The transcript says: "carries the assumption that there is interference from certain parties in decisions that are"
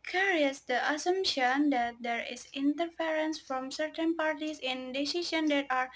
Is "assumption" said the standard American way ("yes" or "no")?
yes